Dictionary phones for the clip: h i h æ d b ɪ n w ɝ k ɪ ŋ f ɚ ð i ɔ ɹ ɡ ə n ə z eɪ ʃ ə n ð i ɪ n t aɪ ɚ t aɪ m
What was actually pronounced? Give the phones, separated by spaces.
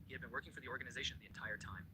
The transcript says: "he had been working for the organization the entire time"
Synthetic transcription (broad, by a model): h i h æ d b ɪ n w ɝ k ɪ ŋ f ɚ ð i ɔ ɹ ɡ ə n ə z eɪ ʃ ə n ð i ɪ n t aɪ ɚ t aɪ m